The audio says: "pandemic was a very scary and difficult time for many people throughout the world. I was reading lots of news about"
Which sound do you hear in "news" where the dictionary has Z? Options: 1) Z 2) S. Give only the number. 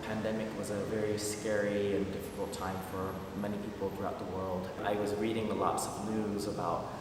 1